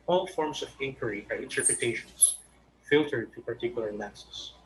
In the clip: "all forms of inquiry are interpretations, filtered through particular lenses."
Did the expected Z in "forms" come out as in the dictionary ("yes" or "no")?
no